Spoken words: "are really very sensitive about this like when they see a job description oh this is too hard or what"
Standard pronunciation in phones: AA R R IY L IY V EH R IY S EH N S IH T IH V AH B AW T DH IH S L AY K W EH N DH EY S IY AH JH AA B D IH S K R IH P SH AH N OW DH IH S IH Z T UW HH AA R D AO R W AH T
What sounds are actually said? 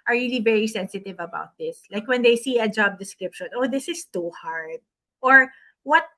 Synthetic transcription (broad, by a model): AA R R IY L IY V EH R IY S EH N S IH T IH V AH B AW T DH IH S L AY K W EH N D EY S IY AH JH AA B D IH S K R IH P SH AH N OW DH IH S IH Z T UW HH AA R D AO R W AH T